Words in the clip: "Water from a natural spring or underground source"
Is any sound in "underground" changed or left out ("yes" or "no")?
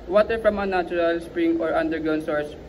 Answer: yes